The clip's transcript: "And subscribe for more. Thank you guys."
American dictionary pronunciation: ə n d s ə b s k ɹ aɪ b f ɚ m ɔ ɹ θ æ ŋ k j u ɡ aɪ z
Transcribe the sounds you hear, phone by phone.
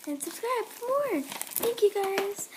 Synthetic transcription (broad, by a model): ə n s ə b s k ɹ aɪ b p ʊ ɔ ɹ θ æ ŋ k j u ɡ aɪ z